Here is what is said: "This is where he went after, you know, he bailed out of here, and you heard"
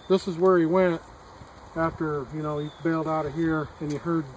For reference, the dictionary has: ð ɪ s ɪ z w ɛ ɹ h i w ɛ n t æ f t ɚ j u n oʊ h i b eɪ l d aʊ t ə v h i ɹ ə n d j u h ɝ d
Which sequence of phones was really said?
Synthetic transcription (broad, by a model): ð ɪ s ɪ z w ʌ ɹ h i w ɛ n t æ f t ɚ j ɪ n oʊ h i b eɪ l d aʊ t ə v h i ɹ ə n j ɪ h ɝ d